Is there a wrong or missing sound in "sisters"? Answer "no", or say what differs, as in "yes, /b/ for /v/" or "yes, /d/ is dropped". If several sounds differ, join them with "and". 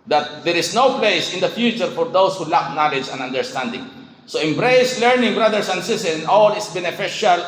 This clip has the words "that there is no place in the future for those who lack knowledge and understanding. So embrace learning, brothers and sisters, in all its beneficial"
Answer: yes, /z/ is dropped